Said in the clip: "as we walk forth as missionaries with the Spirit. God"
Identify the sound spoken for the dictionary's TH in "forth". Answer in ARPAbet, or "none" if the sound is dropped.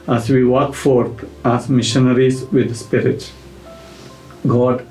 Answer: T